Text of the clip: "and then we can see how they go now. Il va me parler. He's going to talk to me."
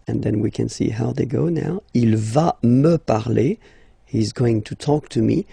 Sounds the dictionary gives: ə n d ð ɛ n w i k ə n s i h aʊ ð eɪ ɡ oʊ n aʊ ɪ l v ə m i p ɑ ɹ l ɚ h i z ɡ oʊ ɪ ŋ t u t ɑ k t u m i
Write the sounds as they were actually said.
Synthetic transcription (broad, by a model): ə n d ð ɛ n w i k ə n s i h aʊ ð eɪ ɡ oʊ n aʊ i l v ə m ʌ p ɑ ɹ l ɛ h i z ɡ oʊ ɪ ŋ t u t ɑ k t u m i